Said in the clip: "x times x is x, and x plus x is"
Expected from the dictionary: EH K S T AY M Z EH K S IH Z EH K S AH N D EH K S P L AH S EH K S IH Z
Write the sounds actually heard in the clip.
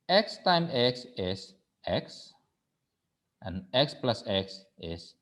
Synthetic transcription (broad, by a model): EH K S T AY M EH K S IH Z EH K S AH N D EH K S P L AH S EH K S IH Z